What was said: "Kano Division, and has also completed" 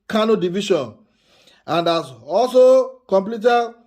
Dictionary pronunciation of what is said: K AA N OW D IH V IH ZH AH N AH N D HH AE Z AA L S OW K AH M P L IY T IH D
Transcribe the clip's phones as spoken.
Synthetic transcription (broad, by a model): K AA N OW D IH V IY SH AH N AH N D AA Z AA L S OW K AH M P L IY T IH